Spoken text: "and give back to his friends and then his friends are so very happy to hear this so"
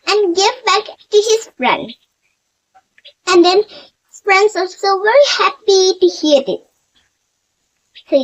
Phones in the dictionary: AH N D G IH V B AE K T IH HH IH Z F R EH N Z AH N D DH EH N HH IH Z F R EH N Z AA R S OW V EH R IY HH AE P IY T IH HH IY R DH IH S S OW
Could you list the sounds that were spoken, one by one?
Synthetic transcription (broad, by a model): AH N G IH V B AE K T IH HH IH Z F R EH N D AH N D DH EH N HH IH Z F R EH N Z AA L S OW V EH R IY HH AE P IY T IH HH IY R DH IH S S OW